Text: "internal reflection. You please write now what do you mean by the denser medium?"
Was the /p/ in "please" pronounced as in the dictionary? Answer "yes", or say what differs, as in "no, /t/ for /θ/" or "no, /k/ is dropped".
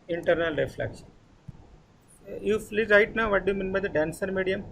no, /f/ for /p/